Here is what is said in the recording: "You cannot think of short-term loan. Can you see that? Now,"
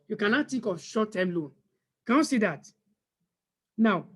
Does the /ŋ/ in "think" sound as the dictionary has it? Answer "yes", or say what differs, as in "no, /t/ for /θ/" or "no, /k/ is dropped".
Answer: no, /ŋ/ is dropped